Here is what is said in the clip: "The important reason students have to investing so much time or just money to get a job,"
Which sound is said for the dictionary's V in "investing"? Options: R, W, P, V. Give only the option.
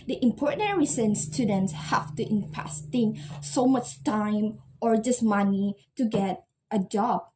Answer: P